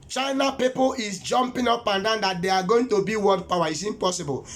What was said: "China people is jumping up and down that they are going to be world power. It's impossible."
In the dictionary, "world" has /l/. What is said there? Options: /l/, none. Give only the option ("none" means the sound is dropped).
none